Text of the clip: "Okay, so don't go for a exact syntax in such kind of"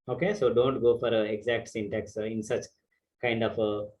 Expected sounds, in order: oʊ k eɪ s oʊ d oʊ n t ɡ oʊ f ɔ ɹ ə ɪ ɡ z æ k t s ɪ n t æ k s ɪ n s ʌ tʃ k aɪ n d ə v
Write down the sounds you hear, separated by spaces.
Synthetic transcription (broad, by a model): oʊ k eɪ s oʊ d oʊ n t ɡ oʊ f ɔ ɹ ə ɪ ɡ z æ k t s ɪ n t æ k s ɪ n s ʌ tʃ k aɪ n d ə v